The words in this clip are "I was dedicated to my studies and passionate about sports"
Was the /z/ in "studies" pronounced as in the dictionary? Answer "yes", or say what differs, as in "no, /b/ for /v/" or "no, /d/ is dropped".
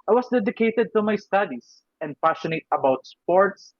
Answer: no, /s/ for /z/